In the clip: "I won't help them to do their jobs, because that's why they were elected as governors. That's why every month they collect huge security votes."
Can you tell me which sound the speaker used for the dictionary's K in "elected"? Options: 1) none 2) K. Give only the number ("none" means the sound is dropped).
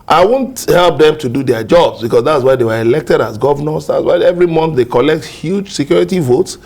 2